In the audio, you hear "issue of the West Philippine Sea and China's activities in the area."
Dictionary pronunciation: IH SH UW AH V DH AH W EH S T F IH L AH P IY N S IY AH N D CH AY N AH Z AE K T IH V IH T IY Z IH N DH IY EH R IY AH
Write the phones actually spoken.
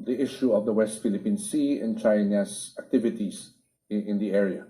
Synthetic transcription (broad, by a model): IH SH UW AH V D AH W EH S T F IH L AH P IY N S IY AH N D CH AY N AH S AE K T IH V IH T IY S IH N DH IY EH R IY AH